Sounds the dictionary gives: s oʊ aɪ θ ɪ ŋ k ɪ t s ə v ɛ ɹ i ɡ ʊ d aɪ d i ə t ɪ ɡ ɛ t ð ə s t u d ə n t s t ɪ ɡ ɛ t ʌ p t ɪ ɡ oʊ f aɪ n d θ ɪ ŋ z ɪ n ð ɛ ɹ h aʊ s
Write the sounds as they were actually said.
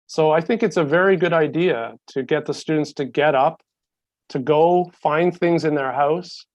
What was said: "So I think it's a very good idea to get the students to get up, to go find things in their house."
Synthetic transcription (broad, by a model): s oʊ aɪ θ ɪ ŋ k ɪ t s ə v ɛ ɹ i ɡ ʊ d aɪ d i ə t ɪ ɡ ɛ t ð ə s t u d n t s t ɪ ɡ ɛ t ʌ p t ɪ ɡ oʊ f aɪ n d θ ɪ ŋ z ɪ n ð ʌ ɹ h aʊ s